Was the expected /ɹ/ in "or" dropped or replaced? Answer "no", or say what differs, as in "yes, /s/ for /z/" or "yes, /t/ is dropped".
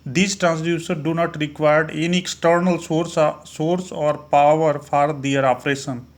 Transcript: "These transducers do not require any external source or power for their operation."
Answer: no